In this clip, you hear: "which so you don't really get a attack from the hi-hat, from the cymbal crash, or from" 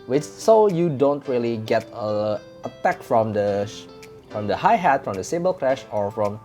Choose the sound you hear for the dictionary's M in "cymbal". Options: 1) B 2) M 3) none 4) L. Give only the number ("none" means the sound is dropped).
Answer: 3